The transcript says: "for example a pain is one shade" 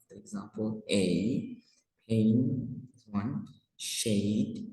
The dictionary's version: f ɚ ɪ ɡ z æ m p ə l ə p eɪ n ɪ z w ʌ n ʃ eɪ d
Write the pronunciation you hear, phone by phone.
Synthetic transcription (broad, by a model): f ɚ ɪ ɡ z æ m p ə l ə p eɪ ɪ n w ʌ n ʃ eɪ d